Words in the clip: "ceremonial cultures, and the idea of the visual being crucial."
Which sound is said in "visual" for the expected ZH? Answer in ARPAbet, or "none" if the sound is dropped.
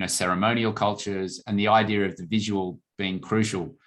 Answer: ZH